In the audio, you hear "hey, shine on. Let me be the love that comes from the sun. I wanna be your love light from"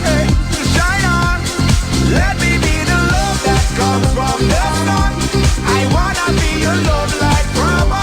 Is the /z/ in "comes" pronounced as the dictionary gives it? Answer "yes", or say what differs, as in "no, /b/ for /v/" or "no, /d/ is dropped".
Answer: no, /z/ is dropped